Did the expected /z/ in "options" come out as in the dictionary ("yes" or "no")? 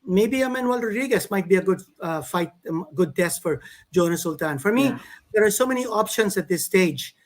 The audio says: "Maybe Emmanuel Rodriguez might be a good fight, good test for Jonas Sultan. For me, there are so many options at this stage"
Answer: no